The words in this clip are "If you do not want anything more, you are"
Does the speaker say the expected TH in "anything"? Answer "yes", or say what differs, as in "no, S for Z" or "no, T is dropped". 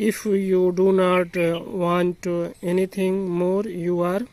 no, T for TH